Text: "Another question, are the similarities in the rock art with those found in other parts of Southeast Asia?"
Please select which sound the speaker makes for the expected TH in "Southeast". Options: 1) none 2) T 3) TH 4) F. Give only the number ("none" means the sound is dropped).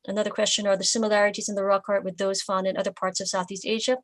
3